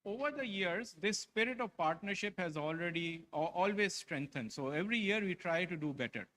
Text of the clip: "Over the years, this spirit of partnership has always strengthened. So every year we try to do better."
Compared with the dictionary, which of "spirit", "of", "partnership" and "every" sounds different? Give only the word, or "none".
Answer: none